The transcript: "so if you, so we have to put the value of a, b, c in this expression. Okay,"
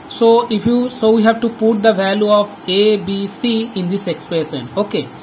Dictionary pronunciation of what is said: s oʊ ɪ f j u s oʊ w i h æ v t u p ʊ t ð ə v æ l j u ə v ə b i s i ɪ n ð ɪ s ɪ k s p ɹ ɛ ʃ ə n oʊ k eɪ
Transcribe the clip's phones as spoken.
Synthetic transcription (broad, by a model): s oʊ ɪ f j u s oʊ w i h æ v t u p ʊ t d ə v æ l j u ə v ə b i s i ɪ n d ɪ s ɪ k s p ɛ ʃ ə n oʊ k eɪ